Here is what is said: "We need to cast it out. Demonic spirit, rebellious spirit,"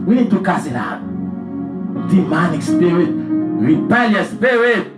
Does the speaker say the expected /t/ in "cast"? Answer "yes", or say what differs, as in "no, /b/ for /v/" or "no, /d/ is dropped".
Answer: no, /t/ is dropped